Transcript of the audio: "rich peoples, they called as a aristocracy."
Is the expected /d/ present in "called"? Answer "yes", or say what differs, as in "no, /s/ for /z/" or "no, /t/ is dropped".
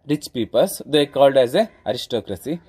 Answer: yes